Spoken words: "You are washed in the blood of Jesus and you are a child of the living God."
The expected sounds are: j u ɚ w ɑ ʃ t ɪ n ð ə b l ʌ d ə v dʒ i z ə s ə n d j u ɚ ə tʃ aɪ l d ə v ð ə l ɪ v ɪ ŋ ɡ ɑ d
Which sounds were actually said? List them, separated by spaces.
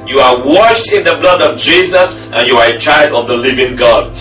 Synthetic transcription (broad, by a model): j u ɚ w ɑ ʃ t ɪ n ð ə b l ʌ d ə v dʒ i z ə s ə n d j u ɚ ə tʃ aɪ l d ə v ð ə l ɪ v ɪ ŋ ɡ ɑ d